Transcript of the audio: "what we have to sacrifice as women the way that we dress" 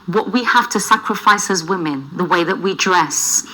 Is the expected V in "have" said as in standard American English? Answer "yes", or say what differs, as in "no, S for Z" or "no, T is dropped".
no, F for V